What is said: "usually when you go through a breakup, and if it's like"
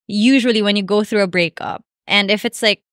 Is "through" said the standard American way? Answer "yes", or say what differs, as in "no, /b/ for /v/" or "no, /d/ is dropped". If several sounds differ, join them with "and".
yes